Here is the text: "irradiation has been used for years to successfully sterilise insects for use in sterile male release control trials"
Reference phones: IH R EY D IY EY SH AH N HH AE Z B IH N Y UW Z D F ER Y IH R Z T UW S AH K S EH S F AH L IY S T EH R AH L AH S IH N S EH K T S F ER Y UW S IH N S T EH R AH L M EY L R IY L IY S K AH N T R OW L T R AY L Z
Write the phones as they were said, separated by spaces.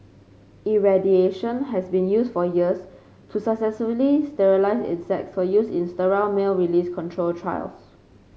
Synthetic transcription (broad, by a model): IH R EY D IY EY SH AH N HH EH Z B IH N Y UW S F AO Y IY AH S T UW S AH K S EH S AH L IY S T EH R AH L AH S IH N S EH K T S F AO Y UW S IH N S T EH R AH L M EY L R IY L IY S K AH N T R OW L T R AY L S